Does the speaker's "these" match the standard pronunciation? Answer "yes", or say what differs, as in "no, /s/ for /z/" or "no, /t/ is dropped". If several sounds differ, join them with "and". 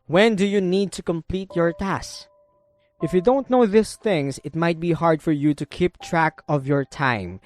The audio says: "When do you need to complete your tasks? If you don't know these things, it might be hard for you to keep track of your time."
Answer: no, /s/ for /z/